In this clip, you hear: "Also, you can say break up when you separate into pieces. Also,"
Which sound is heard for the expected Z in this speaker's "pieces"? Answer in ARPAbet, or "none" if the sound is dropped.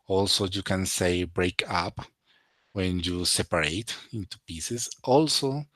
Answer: S